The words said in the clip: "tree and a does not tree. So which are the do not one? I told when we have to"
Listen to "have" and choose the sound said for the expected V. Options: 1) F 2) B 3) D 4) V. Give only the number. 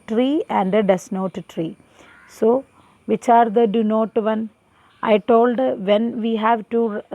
4